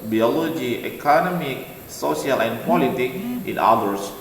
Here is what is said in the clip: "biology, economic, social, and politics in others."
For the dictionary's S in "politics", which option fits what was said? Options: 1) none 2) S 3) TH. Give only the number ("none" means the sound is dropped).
1